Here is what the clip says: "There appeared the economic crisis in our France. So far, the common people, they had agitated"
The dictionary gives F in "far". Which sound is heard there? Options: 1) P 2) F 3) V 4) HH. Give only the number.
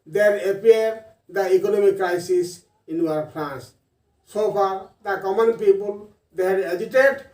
1